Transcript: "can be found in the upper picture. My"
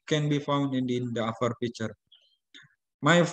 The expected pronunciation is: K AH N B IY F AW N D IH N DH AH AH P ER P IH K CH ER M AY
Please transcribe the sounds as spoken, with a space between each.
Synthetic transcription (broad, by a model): K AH N B IY F AW N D IH N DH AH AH F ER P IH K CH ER M AY